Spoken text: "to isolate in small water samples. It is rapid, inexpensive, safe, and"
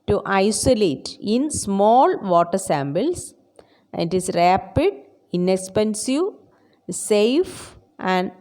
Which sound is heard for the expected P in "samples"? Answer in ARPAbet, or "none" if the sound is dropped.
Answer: B